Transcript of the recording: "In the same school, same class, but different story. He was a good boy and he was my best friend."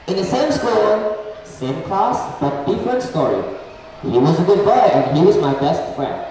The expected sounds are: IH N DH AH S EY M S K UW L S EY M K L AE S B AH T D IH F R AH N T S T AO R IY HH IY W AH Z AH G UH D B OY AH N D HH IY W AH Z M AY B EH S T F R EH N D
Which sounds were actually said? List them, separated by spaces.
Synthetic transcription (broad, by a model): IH N DH AH S EY M S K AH N S EY M K L AE S B AH T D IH F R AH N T S T AO R IY HH IY W AH Z AH G UH D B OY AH N HH IY W AH Z M AY B EH S T F R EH N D